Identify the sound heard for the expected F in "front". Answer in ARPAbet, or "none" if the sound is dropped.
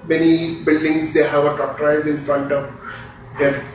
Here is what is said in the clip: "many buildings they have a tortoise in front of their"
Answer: F